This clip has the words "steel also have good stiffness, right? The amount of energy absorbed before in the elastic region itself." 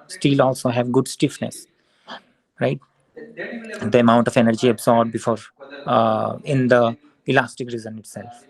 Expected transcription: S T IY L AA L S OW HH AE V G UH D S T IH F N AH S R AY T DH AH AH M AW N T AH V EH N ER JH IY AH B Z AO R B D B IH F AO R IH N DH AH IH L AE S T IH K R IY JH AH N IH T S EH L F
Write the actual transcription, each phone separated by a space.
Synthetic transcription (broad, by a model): S T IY L AA L S OW HH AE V G UH D S T IH F N AH S R AY T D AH AH M AW N T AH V EH N ER JH IY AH B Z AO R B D B IH F AO R IH N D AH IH L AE S T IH K R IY Z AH N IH T S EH L F